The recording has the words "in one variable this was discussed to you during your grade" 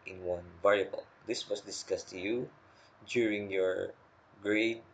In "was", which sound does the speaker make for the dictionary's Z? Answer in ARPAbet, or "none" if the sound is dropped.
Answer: S